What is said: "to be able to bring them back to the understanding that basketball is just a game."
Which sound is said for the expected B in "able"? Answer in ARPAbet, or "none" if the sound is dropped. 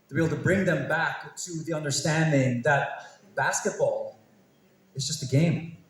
none